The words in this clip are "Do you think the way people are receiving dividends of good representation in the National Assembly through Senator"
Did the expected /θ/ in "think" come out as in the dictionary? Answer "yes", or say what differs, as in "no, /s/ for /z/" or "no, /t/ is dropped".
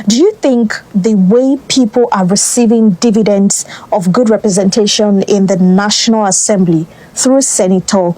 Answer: yes